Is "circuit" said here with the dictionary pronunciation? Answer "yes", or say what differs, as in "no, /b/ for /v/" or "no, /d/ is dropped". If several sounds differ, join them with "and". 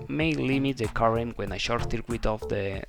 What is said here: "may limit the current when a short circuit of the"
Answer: no, /θ/ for /s/